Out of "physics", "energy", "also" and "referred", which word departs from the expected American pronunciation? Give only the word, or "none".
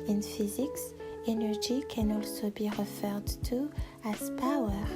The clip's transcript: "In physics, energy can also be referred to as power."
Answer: none